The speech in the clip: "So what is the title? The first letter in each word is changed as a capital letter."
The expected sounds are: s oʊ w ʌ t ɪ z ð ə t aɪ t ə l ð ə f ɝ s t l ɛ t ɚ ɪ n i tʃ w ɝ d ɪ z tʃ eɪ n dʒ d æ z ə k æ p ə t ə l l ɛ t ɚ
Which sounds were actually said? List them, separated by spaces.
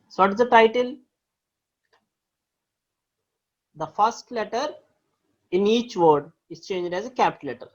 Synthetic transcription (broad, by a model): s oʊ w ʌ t ɪ z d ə t aɪ t ə l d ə f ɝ s t l ɛ t ɚ ɪ n i tʃ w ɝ d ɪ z tʃ eɪ n dʒ d æ z ə k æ p t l l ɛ t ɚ